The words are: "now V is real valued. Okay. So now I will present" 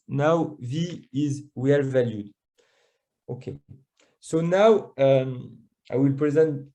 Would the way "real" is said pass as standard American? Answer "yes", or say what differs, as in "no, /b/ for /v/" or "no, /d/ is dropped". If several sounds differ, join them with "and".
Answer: no, /w/ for /ɹ/